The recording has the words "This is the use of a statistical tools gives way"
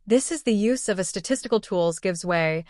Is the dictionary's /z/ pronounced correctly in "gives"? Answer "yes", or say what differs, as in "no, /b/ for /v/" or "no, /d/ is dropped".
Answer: yes